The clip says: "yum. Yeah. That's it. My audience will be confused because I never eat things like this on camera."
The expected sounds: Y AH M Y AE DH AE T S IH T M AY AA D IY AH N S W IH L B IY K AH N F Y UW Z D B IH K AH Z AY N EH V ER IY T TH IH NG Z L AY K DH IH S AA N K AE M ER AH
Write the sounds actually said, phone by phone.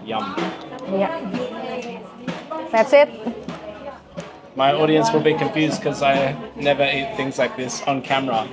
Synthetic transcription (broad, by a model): Y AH M Y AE DH AE T S IH T M AY AA D IY AH N S W IH L B IY K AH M F Y UW Z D K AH Z AY N EH V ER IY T TH IH NG Z L AY K DH IH S N K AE M ER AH